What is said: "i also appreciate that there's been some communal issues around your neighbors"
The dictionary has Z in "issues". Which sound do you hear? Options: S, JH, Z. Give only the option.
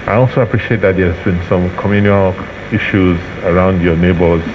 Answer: Z